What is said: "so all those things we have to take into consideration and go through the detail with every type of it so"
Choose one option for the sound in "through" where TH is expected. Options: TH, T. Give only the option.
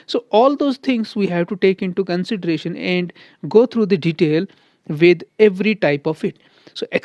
T